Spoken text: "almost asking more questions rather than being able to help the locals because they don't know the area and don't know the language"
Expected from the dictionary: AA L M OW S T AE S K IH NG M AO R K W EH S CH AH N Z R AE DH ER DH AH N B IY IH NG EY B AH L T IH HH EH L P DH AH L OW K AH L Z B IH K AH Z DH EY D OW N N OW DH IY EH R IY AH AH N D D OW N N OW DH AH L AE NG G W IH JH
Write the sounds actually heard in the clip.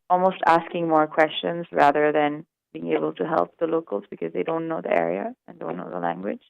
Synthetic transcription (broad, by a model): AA L M OW S T AE S K IH NG M AO R K W EH S CH AH N Z R AE DH ER DH AH N B IY IH NG EY B AH L T IH HH EH L P DH AH L OW K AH L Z B IH K AH Z DH EY D OW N N OW DH IY EH R IY AH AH N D D OW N N OW DH AH L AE NG G W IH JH